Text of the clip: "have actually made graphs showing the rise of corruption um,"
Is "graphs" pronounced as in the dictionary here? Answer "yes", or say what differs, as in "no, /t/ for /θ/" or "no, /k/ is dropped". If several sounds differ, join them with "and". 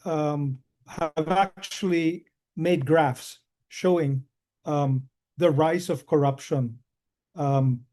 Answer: yes